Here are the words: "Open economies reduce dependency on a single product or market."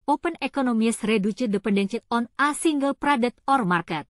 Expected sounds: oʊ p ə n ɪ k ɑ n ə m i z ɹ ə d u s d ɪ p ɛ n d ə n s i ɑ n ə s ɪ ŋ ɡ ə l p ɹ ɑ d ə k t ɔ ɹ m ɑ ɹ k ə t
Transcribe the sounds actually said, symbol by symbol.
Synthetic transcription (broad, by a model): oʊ p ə n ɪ k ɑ n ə m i s ɹ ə d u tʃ d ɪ p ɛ n d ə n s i ɑ n ə s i ŋ ɡ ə l p ɹ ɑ d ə t ɔ ɹ m ɑ ɹ k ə t